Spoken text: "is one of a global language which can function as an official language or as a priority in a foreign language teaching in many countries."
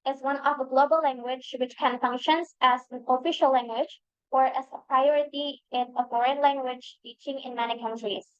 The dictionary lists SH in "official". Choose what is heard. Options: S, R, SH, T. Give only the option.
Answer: SH